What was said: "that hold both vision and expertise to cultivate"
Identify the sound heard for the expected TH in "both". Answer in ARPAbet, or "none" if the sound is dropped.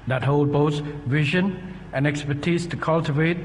S